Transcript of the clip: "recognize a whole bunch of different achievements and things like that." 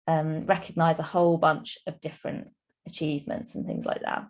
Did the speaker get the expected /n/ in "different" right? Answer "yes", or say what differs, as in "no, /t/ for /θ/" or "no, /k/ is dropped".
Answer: yes